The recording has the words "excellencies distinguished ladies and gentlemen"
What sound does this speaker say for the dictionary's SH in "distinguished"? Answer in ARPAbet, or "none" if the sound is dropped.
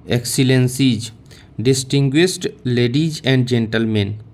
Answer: S